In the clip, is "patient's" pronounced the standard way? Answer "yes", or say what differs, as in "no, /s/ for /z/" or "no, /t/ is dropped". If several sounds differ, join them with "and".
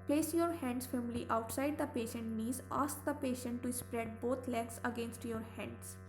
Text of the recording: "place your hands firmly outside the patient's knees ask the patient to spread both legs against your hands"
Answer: no, /s/ is dropped